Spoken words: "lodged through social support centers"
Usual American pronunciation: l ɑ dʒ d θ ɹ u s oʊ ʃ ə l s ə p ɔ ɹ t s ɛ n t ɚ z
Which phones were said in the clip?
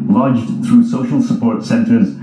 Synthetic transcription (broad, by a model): l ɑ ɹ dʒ θ ɹ u s oʊ ʃ ə l s ə p ɔ ɹ t s ɛ n t ɚ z